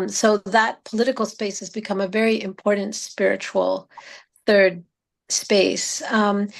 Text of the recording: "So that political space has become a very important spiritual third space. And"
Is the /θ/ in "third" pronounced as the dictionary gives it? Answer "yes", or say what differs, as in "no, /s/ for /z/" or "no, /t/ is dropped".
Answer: yes